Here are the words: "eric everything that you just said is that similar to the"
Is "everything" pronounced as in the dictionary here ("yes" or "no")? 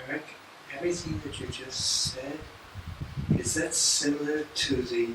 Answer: yes